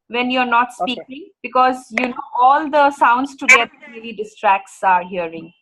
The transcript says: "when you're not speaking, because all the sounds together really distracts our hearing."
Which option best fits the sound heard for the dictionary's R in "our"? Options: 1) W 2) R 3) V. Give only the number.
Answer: 2